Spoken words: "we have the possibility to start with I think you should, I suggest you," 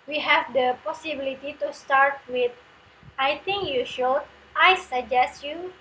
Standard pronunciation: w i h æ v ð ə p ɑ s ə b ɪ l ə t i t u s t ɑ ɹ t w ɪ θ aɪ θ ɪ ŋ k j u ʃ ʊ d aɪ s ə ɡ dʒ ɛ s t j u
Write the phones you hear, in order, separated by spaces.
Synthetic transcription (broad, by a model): w i h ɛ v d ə p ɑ s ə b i l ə t i t u s t ɑ ɹ t w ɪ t aɪ t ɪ ŋ k j u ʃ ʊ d aɪ s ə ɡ dʒ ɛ s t j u